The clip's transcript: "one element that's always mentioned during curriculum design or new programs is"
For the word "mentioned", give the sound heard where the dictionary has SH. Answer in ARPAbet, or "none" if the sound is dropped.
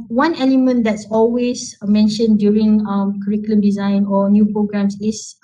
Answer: SH